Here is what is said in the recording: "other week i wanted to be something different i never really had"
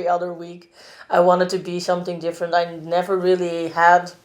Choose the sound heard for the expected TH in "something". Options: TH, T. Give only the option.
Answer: TH